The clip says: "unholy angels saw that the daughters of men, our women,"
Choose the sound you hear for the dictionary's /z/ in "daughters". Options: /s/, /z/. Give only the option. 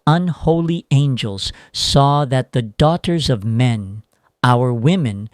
/z/